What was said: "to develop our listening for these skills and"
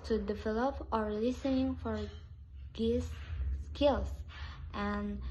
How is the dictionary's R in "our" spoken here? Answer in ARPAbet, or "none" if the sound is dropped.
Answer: R